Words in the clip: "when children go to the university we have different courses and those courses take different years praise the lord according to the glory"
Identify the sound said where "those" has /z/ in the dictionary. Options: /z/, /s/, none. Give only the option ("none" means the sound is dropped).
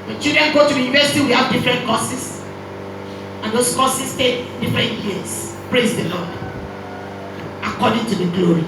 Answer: /s/